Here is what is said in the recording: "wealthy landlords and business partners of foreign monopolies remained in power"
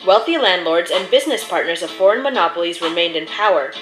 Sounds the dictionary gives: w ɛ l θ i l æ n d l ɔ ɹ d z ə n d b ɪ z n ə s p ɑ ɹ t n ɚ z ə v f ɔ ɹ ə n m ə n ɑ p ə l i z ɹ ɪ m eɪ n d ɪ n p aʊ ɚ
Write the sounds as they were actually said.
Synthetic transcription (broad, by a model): w ɛ l θ i l æ n d l ɔ ɹ d z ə n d b ɪ z n ə s p ɑ ɹ t n ɚ z ə v f ɔ ɹ ə n m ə n ɑ p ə l i z ɹ ɪ m eɪ n d ɪ n p aʊ ɚ